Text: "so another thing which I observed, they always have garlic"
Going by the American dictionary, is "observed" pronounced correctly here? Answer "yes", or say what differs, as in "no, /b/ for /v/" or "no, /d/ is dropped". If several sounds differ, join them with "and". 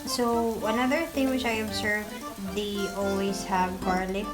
no, /s/ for /z/